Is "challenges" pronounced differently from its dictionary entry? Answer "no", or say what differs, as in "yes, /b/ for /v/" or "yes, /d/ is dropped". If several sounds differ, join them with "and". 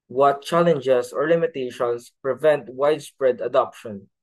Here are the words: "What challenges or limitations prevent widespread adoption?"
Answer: yes, /s/ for /z/